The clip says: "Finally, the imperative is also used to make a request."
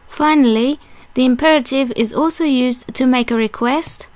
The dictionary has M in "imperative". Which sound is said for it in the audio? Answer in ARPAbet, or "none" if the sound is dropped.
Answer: M